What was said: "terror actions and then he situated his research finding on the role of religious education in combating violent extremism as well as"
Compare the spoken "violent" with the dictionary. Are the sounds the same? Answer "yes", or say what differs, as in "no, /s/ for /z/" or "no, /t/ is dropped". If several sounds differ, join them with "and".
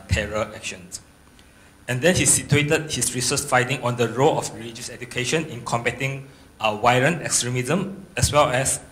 no, /w/ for /v/